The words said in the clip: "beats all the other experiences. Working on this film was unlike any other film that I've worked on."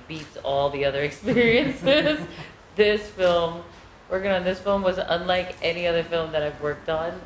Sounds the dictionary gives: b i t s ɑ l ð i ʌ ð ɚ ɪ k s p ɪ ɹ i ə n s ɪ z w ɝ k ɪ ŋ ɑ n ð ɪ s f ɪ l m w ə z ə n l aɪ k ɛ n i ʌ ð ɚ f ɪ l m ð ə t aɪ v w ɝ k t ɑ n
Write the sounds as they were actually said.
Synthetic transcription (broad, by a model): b i t s ɑ l ð i ʌ ð ɚ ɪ k s p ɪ ɹ i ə n s ɪ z w ɝ k ɪ ŋ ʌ n ð ɪ s f ɪ l m w ə z ə n l aɪ k ɛ n i ʌ ð ɚ f ɪ l m ð ə t aɪ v w ɝ k t n